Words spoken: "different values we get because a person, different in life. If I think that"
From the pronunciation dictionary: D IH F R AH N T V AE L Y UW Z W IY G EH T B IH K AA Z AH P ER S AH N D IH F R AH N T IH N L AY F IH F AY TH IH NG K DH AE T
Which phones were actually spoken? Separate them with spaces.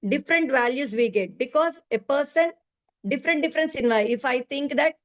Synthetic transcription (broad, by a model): D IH F R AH N T V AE L Y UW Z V IY G EH T B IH K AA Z AH P ER S AH N D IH F R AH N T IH N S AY IH F AY T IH NG K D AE T